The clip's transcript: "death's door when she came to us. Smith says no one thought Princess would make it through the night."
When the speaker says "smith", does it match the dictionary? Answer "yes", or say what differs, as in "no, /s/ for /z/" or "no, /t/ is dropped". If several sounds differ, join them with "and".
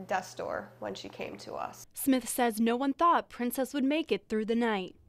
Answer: yes